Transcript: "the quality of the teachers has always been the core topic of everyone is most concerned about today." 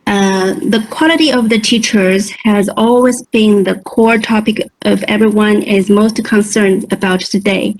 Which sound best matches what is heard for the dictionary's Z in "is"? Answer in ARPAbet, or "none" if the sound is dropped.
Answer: Z